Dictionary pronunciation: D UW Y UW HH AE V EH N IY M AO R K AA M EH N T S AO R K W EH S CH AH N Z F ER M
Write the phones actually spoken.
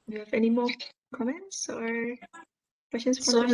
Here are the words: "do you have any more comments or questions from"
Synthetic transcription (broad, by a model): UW Y UW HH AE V EH N IY M AO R K AA M EH N T S AO R K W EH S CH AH N S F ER